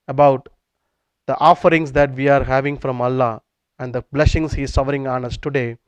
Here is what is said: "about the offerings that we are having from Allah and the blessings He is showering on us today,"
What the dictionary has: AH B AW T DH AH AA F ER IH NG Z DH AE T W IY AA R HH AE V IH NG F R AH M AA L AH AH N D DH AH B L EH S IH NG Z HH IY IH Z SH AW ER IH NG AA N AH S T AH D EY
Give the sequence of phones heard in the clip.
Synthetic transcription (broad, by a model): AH B AW T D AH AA F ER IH NG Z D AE T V IY AA R HH AE V IH NG F R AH M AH L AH AH N D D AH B L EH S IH NG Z HH IY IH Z S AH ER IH NG AA N AH S T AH D EY